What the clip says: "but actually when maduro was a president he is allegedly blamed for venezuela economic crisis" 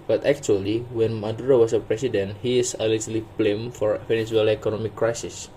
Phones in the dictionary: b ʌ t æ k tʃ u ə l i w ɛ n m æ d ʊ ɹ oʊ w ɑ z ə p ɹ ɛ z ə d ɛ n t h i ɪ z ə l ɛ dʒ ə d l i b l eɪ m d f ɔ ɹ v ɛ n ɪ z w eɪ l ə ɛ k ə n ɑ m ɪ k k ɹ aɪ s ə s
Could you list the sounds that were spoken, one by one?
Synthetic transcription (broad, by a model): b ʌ t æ k tʃ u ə l i w ɛ n m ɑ d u ɹ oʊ w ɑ s ə p ɹ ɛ s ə d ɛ n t h i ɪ s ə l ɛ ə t l i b l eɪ m f ɔ ɹ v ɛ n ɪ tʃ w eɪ l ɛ k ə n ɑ m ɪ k k ɹ aɪ s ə s